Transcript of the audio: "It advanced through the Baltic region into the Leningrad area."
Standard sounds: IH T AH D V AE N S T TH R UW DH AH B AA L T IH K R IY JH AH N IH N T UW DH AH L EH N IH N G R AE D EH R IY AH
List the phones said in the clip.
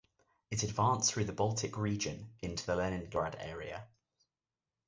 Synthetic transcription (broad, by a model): IH T AH D V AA N S TH R UW DH AH B AA L T IH K R IY JH AH N IH N T UW DH AH L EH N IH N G R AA D EH R IY AH